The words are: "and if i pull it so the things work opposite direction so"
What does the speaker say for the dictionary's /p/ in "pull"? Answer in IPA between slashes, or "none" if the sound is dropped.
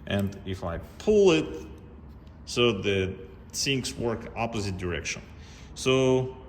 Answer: /p/